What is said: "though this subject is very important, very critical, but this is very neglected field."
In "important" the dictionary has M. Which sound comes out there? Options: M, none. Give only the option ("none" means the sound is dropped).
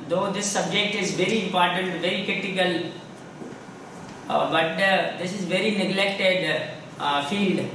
M